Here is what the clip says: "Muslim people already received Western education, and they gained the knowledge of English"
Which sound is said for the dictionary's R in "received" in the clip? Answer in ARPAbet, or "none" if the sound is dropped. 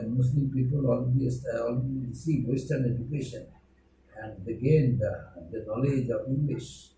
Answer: L